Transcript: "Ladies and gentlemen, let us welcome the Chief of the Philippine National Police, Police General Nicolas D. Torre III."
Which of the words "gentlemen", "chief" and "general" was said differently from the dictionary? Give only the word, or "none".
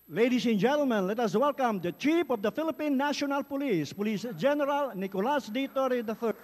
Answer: chief